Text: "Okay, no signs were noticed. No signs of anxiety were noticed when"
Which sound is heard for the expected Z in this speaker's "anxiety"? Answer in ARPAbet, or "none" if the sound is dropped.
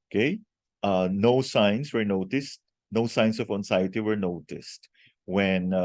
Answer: S